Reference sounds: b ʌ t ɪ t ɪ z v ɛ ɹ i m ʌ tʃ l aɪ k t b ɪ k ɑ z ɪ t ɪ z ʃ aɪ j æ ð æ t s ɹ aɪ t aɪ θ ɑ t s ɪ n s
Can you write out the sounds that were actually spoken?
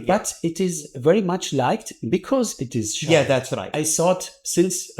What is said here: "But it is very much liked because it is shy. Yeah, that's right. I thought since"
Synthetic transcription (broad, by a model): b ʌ t ɪ t ɪ z v ɛ ɹ i m ʌ tʃ l aɪ k t b ɪ k ɑ z ɪ t ɪ z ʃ j æ ð æ t s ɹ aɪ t aɪ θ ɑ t s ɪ n s